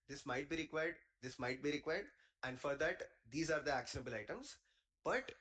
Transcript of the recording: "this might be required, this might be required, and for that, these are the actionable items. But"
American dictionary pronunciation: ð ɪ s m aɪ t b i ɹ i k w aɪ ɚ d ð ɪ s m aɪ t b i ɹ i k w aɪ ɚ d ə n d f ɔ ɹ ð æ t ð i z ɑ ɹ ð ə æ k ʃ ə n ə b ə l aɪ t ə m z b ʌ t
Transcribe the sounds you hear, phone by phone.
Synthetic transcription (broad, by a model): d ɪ s m aɪ t b i ɹ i k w aɪ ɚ d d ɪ s m aɪ t b i ɹ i k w aɪ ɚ d ə n d f ɔ ɹ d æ t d i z ɑ ɹ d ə æ k ʃ ə n ə b ə l aɪ t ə m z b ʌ t